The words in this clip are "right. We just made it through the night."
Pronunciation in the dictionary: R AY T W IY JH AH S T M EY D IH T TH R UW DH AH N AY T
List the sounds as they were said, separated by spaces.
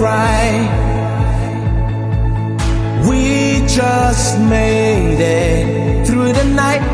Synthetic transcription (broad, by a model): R AY W IY JH AH S T M EY D IH T TH R UW DH AH N AY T